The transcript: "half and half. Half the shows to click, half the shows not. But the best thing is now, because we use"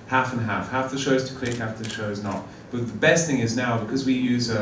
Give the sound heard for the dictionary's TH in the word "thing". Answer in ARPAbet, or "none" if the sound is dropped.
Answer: TH